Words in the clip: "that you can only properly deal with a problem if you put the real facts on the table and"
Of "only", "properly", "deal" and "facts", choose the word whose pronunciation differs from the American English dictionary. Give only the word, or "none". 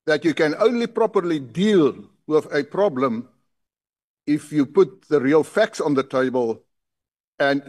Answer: none